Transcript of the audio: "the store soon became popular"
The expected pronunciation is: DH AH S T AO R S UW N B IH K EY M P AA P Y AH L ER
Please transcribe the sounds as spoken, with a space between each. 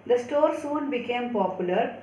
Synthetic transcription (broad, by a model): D AH S T AO R S UW N B IH K EY M P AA P Y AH L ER